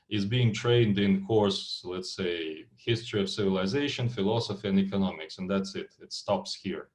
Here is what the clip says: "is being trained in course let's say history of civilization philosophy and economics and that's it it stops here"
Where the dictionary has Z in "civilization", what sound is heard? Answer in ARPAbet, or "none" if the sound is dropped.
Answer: Z